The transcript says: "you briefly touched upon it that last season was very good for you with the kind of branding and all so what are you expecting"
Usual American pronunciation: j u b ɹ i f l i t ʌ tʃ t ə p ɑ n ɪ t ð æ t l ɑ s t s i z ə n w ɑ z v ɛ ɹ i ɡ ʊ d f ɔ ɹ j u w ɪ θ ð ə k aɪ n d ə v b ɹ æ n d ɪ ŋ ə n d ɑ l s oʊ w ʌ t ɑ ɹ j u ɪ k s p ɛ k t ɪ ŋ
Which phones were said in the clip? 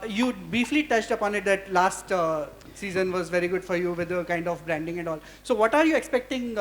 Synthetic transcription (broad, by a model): j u b ɹ i f l i t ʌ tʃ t ə p ɑ n ɪ t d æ t l ɑ s t s i z ə n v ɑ z v ɛ ɹ i ɡ ʊ d f ɔ ɹ j u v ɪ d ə k aɪ n d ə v b ɹ æ n d ɪ ŋ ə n ɑ l s oʊ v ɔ t ɑ ɹ j u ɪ k s p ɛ k t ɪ ŋ